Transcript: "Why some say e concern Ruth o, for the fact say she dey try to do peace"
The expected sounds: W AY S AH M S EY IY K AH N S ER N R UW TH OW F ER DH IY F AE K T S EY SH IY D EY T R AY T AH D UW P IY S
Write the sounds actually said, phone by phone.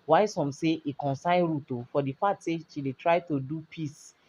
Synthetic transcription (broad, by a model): W AY S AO M S EY IY K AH N S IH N R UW T OW F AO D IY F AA T S EY SH IY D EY T R AY T AH D UW P IY S